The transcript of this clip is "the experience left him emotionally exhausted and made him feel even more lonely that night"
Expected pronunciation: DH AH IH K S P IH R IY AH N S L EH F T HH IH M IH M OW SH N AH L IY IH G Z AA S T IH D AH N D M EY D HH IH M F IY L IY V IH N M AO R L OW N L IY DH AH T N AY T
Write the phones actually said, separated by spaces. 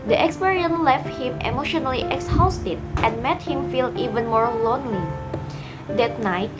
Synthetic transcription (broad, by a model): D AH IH K S P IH R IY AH N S L EH F T HH IH M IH M OW SH N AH L IY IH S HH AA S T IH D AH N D M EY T HH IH M F IY L IY V IH N M AO R L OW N L IY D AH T N AY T